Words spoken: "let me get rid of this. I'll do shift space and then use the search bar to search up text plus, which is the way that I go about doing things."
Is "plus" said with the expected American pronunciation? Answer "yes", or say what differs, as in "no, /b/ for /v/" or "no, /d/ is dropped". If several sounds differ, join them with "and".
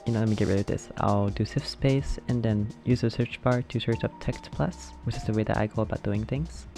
yes